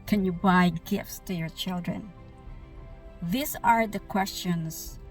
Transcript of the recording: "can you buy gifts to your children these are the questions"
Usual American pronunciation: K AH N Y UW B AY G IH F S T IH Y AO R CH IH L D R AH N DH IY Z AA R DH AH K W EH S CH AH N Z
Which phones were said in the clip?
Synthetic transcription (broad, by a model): K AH N Y UW B AY G IH F S T IH Y AO R CH IH L D R AH N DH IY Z AA R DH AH K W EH S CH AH N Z